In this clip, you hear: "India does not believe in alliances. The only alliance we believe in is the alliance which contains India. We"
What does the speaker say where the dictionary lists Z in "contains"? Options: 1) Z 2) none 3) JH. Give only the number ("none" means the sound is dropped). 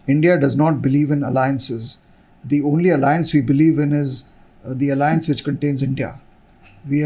1